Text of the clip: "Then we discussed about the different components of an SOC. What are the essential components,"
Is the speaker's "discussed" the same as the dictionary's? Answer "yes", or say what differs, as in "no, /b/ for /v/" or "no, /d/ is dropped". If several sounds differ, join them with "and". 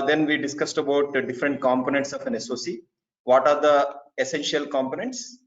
yes